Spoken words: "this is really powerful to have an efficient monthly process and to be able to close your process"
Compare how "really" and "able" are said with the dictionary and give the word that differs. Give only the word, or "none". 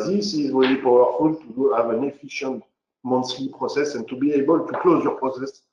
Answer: really